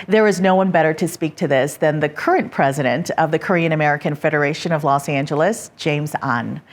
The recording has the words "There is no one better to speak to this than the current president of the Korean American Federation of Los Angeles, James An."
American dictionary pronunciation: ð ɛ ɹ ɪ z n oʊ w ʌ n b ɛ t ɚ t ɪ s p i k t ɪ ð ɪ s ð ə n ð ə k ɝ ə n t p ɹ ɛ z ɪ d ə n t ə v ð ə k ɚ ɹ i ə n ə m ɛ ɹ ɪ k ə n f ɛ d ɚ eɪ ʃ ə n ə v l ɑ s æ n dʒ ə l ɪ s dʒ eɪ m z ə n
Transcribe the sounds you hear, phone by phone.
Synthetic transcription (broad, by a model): ð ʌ ɹ ɪ z n oʊ w ʌ n b ɛ t ɚ t ɪ s p i k t ɪ ð ɪ s ð ə n ð ə k ɝ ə n p ɹ ɛ z ɪ d ə n t ə v ð ə k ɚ ɹ i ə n ə m ɛ ɹ ɪ k ə n f ɛ d ɚ eɪ ʃ ə n ə v l ɑ s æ n dʒ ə l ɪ s dʒ eɪ m z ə n